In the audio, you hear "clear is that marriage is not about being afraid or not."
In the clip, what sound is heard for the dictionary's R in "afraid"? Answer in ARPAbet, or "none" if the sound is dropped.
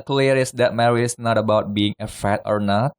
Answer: none